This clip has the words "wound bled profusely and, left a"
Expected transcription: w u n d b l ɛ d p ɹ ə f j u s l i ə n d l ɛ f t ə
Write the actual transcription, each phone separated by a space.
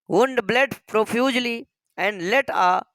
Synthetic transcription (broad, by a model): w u n d b l ɛ d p ɹ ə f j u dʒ l i ə n d l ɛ t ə